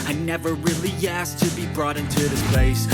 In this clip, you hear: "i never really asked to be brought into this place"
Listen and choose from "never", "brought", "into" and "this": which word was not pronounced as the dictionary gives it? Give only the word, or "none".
none